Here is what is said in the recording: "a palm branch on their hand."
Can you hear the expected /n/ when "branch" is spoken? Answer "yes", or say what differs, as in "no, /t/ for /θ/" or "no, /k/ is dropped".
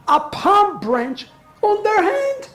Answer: yes